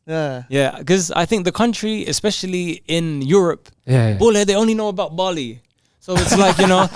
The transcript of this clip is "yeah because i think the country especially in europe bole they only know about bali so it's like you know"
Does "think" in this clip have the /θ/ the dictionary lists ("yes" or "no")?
yes